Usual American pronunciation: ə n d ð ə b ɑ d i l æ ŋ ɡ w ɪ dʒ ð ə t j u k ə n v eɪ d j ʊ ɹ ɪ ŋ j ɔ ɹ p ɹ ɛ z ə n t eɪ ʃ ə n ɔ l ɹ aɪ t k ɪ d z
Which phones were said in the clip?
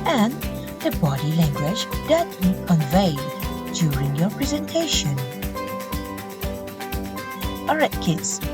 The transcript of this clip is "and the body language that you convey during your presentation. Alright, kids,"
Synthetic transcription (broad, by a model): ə n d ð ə b ɑ d i l æ ŋ ɡ w ɪ dʒ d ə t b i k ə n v eɪ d j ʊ ɹ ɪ ŋ j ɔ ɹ p ɹ ɛ z ə n t eɪ ʃ ə n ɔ ɹ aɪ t k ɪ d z